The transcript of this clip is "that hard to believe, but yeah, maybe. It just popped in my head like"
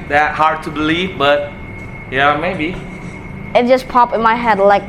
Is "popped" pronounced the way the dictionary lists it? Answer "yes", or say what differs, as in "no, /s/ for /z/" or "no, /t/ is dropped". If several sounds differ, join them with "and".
no, /t/ is dropped